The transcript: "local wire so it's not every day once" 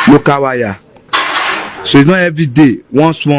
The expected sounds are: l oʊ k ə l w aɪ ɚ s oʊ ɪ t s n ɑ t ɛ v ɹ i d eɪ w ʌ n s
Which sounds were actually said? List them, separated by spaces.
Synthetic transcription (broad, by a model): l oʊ k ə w aɪ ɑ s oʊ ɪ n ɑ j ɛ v i d eɪ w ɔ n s